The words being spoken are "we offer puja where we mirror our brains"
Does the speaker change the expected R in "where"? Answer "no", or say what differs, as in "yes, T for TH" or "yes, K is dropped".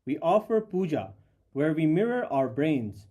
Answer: no